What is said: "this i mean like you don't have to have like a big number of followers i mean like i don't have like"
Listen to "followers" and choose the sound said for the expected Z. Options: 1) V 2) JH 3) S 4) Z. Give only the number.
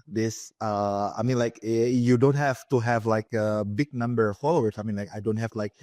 3